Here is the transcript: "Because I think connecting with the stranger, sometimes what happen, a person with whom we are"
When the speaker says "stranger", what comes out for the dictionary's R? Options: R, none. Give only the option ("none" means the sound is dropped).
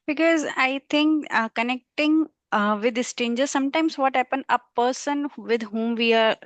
none